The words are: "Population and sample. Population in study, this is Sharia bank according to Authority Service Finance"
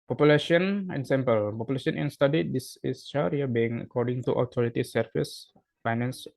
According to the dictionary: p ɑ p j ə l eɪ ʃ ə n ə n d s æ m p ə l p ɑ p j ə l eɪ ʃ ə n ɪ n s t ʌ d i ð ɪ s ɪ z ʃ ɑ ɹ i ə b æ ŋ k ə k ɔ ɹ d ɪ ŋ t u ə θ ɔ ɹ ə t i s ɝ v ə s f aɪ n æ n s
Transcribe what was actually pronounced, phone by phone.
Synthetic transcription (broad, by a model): p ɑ p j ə l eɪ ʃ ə n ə n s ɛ m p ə l p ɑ p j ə l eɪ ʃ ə n ɪ n s t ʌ d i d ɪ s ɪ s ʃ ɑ ɹ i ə b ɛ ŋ ə k ɔ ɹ d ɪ ŋ t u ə t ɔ ɹ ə t i s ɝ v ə s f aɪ n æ n s